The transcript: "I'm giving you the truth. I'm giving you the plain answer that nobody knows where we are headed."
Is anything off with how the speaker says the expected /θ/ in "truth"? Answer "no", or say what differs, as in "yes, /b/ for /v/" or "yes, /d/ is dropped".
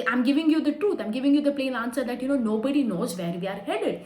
yes, /t/ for /θ/